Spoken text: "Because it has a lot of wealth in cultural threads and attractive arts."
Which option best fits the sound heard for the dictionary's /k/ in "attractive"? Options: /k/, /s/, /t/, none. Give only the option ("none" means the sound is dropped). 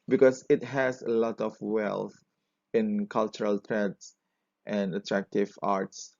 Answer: /k/